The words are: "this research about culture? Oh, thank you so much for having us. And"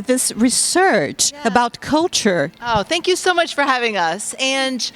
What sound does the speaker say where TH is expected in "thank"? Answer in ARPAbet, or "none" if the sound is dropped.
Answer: TH